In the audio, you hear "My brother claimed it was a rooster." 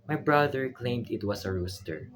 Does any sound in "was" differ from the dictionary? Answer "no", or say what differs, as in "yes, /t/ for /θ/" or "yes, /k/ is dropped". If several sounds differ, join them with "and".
yes, /s/ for /z/